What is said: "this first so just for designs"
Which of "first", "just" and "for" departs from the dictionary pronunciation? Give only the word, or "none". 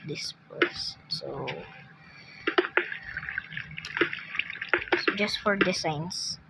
first